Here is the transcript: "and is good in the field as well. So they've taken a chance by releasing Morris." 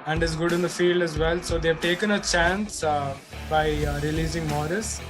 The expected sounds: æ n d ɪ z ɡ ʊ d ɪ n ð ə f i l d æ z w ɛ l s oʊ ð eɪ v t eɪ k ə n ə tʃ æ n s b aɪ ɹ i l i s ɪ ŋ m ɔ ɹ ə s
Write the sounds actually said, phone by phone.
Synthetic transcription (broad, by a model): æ n d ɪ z ɡ ʊ d ɪ n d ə f i l d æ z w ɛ l s oʊ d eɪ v t eɪ k ə n ə tʃ æ n s b aɪ ɹ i l i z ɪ ŋ m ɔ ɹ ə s